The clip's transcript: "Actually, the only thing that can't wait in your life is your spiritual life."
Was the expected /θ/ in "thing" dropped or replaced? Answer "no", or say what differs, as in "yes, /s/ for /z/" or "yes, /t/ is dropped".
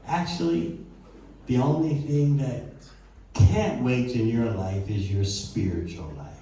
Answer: no